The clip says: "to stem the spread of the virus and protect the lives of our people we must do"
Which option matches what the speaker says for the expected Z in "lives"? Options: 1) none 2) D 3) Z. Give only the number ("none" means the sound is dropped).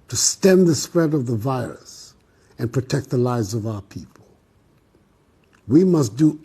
3